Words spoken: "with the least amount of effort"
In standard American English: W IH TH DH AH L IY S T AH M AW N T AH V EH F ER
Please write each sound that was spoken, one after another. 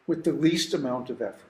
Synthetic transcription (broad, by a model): W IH DH AH L IY S T AH M AW N T AH V EH F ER